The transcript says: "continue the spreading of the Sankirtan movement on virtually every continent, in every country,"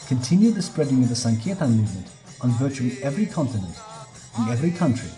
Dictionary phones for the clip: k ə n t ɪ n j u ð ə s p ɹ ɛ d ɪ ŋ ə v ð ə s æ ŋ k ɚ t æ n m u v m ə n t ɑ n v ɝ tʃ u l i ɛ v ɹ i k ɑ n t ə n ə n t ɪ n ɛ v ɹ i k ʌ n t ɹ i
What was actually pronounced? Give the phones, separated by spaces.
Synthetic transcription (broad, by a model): k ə n t ɪ n j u ð ə s p ɹ ɛ d ɪ ŋ ə v ð ə s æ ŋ k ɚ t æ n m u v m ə n t n v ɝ tʃ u l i ɛ v ɹ i k ɑ n t ə n ə n t ɪ n ɛ v ɹ i k ʌ n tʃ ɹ i